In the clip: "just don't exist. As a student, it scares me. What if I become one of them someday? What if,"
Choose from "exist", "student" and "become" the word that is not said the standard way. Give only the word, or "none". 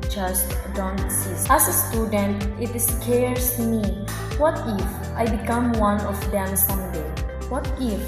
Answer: exist